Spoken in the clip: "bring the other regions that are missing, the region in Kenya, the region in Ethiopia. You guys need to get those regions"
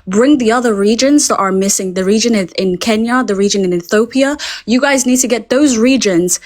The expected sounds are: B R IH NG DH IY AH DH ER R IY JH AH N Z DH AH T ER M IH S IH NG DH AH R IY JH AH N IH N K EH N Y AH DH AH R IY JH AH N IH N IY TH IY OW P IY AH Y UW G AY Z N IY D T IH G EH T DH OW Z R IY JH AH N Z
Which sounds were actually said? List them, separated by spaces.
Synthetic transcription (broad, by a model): B R IH NG DH IY AH DH ER R IY JH AH N Z DH AH T ER M IH S IH NG DH AH R IY JH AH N IH N K EH N Y AH DH AH R IY JH AH N IH N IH TH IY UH P IY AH Y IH G AY Z N IY D T IH G EH T DH OW Z R IY JH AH N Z